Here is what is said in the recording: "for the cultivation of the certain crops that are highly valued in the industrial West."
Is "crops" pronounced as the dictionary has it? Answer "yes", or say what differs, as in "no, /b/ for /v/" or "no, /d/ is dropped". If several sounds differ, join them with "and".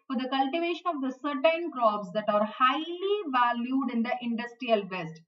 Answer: no, /b/ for /p/